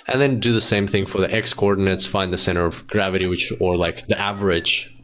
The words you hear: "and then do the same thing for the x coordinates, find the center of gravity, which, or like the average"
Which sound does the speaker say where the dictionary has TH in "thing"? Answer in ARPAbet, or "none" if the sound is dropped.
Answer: TH